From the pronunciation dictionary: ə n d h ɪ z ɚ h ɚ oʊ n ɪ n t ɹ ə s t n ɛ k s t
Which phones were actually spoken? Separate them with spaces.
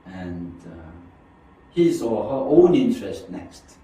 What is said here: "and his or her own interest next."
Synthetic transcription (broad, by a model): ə n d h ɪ s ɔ h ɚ oʊ n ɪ n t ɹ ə s t n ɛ k s t